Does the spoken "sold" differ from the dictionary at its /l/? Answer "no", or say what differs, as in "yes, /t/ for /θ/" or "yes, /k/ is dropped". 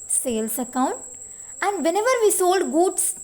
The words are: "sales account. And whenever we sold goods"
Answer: no